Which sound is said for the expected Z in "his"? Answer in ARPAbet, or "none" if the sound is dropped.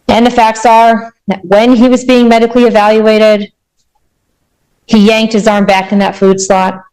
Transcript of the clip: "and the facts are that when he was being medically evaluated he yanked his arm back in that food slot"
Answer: Z